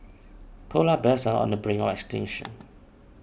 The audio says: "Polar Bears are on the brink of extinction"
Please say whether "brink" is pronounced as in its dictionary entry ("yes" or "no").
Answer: no